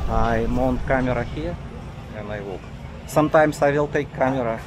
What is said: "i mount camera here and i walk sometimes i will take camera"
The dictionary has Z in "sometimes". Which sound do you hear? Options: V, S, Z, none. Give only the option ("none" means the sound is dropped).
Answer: S